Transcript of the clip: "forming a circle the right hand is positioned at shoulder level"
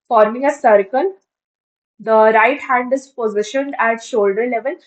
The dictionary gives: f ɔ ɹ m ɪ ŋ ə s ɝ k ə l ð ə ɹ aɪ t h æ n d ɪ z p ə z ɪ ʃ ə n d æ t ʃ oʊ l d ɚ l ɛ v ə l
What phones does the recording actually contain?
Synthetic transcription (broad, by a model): f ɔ ɹ m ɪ ŋ ə s ɝ k ə l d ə ɹ aɪ t h æ n d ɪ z p ə z ɪ ʃ ə n d æ t ʃ oʊ l d ɚ l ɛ v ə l